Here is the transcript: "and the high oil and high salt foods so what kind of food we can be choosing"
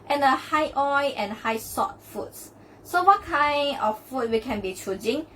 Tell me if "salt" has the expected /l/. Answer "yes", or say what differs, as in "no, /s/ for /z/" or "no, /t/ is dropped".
no, /l/ is dropped